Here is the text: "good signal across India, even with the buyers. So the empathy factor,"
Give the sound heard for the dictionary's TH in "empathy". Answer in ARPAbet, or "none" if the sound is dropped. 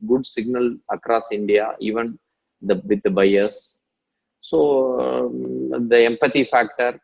T